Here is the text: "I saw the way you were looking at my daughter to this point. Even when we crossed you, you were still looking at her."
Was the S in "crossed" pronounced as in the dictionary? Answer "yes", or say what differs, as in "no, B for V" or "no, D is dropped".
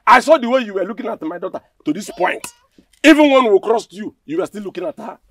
yes